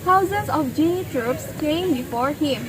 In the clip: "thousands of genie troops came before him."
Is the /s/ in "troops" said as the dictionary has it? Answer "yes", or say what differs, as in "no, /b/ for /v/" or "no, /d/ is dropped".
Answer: yes